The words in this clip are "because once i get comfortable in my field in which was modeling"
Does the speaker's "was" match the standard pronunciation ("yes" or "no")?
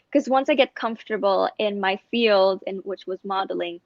yes